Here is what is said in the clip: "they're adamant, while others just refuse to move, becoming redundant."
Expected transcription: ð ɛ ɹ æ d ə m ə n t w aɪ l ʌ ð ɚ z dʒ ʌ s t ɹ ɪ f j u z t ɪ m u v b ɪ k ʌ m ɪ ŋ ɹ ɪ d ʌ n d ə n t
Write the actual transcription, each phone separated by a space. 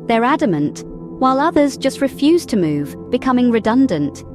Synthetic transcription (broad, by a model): ð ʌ ɹ æ d ə m ə n t w aɪ l ʌ ð ɚ z dʒ ʌ s t ɹ ɪ f j u z t ɪ m u v b ɪ k ʌ m ɪ ŋ ɹ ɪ d ʌ n d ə n t